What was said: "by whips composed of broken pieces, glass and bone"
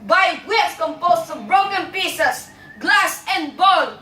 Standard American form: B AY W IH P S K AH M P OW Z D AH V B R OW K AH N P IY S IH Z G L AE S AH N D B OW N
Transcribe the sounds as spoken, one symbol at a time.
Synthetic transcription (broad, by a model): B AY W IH S K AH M P OW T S AH V B R OW K AH N P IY S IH S G L AE S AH N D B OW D